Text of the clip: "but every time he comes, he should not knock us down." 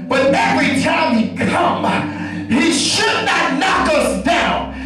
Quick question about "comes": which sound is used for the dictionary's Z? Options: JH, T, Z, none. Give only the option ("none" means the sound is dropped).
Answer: none